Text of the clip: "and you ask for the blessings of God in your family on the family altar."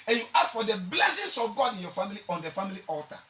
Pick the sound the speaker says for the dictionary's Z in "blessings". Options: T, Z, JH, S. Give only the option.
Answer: S